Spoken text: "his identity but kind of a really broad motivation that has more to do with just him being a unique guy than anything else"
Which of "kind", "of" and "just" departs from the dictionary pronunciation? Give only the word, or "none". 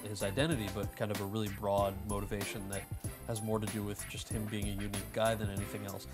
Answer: none